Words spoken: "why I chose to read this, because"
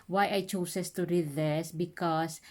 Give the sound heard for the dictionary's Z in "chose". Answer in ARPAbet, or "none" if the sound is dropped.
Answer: S